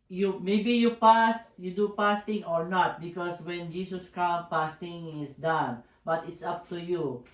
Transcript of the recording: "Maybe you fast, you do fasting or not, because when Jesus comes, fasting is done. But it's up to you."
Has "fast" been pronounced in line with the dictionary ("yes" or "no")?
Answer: no